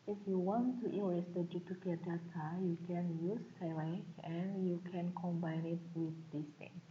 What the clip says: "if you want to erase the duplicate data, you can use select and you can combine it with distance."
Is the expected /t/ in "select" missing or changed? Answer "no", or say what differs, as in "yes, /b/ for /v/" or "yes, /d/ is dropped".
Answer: yes, /t/ is dropped